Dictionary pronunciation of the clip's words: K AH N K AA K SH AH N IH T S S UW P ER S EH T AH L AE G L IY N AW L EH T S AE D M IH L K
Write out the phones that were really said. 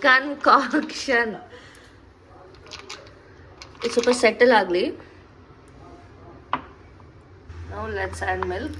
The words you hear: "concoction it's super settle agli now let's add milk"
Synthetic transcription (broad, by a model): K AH N K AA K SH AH N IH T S S UW P ER S EH T AH L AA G L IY N AW L EH T S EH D M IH L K